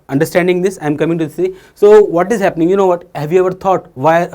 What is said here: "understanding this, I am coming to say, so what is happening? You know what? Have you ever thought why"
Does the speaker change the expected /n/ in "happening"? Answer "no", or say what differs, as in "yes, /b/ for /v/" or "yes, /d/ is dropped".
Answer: no